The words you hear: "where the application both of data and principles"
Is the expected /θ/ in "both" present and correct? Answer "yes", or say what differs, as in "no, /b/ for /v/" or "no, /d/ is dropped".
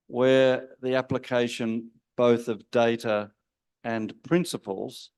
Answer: yes